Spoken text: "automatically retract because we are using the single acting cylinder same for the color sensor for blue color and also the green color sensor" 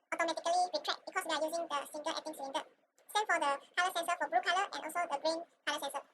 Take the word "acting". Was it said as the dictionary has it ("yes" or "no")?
no